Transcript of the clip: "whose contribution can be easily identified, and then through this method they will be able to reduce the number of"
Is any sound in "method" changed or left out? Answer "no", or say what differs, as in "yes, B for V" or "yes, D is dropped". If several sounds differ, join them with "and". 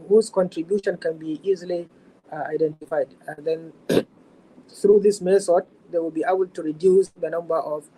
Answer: yes, S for TH